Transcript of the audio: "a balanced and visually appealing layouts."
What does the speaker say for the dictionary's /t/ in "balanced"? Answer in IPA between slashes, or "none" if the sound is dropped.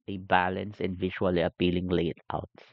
none